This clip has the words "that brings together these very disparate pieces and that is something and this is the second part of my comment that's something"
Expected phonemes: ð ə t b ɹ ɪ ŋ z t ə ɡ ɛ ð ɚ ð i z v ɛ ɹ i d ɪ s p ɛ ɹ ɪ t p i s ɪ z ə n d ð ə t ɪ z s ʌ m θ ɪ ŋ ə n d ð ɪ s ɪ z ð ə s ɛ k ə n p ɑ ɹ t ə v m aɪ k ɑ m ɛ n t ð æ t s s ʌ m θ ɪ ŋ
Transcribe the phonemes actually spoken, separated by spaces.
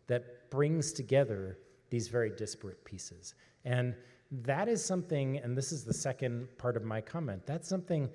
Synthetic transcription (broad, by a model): ð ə t b ɹ ɪ ŋ z t ə ɡ ɛ ð ɚ ð i z v ɛ ɹ i d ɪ s p ɹ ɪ t p i s ɪ z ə n ð ə t ɪ z s ʌ m θ ɪ ŋ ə n ð ɪ s ɪ z ð ə s ɛ k ə n p ɑ ɹ t ə v m aɪ k ɑ m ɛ n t ð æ t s s ʌ m θ ɪ ŋ